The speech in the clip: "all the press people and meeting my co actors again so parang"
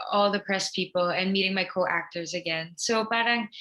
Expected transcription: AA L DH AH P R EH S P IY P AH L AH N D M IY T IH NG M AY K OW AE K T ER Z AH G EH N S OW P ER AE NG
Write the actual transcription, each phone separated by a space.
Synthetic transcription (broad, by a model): AA L DH AH P R EH S P IY P L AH N M IY T IH NG M AY K OW AE K T ER Z AH G EH N S OW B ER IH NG